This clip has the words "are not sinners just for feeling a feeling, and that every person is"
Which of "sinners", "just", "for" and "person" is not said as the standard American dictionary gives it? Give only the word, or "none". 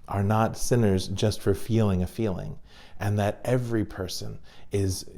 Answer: none